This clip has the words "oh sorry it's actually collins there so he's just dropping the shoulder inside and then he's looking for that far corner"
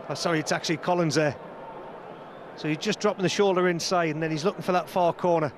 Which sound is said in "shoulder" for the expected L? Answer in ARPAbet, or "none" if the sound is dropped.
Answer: L